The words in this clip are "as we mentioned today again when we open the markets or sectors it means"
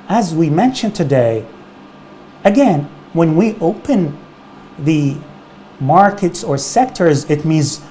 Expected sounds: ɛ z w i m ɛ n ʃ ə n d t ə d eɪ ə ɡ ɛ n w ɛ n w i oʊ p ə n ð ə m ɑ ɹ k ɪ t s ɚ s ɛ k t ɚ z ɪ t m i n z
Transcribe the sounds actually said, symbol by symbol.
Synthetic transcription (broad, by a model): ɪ z w i m ɛ n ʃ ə n t ə d eɪ ə ɡ ɛ n w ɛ n w i oʊ p ə n ð ə m ɑ ɹ k ɪ t s ɚ s ɛ k t ɚ z ɪ t m i n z